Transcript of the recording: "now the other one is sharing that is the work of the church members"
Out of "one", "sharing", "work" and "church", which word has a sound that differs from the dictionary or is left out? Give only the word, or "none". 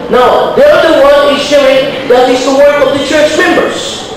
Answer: sharing